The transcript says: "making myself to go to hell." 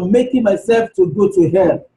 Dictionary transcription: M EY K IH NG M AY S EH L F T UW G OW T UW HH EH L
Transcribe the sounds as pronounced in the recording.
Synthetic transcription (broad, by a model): M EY K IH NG M AY S EH L F T UW G OW T UW HH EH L